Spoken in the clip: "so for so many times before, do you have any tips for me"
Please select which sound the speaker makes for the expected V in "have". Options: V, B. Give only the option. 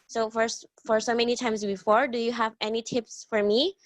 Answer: V